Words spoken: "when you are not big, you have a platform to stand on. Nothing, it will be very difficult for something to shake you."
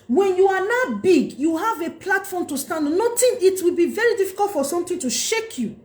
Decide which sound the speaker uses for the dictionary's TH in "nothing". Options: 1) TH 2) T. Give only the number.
2